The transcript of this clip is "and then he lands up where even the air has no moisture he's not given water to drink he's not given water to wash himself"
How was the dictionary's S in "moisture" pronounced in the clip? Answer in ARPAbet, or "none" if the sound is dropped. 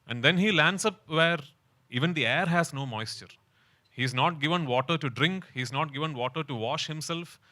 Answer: S